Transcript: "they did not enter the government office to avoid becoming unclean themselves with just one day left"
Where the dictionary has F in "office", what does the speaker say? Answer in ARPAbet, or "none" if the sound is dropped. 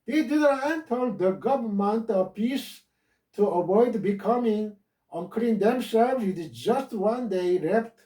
P